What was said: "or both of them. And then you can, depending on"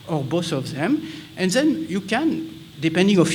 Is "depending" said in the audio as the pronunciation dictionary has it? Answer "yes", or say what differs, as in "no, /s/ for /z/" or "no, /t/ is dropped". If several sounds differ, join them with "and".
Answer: yes